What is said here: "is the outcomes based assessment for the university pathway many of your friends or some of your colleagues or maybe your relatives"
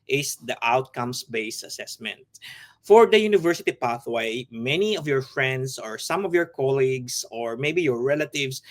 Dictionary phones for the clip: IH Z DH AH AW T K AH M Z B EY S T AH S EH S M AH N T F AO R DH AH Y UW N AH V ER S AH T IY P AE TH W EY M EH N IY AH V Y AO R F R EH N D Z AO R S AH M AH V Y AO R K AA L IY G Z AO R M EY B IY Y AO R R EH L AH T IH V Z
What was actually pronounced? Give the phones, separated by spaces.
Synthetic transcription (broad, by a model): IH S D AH AW T K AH M S B EY S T AH S EH S M AH N T F AO R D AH Y UW N AH V ER S AH T IY P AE TH W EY M EH N IY AH V Y AO R F R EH N D S AO R S AH M AH V Y AO R K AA L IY G S AO R M EY B IY Y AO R R EH L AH T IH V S